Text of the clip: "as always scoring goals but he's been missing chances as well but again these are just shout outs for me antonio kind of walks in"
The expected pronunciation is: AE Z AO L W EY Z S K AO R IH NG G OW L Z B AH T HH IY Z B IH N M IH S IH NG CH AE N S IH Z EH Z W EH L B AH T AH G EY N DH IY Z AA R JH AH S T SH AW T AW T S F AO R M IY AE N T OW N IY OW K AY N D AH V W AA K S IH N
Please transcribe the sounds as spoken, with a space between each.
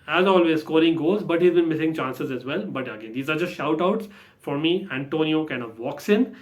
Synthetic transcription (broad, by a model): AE Z AO L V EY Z S K AO R IH NG G OW Z B AH T HH IY Z B IH N M IH S IH NG CH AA N S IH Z EH Z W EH L B AH T AH G EY N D IY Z AA R JH AH S T SH AW T AW T S F AO R M IY AE N T OW N IY OW K AY N D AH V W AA K S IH N